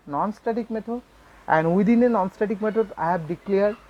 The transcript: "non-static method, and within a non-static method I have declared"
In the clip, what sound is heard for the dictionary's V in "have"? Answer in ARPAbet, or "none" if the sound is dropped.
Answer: B